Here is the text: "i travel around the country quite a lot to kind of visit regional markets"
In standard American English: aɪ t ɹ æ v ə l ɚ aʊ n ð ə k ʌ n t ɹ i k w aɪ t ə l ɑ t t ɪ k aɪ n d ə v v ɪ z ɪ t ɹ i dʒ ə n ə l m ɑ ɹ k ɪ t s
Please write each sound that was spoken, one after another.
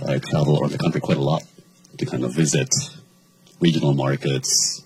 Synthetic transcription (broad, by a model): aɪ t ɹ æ v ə l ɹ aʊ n ð ə k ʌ n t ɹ i k w aɪ t ə l ɑ t t ɪ k aɪ n d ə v v ɪ z ɪ t ɹ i dʒ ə n l m ɑ ɹ k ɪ t s